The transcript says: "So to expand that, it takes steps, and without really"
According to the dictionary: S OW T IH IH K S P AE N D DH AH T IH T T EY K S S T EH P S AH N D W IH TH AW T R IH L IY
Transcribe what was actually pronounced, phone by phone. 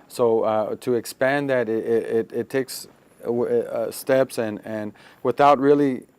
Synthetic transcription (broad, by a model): S OW T IH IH K S P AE N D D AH T IH T T EY K S S T EH P S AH N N W IH TH AW T R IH L IY